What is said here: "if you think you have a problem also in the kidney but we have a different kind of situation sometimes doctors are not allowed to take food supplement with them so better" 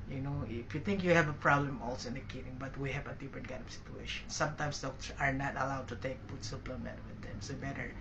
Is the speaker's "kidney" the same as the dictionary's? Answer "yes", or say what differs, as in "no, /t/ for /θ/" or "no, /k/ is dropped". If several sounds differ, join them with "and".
no, /n/ is dropped